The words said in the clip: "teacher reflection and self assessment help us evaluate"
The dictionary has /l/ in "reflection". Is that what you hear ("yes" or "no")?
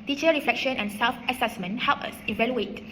yes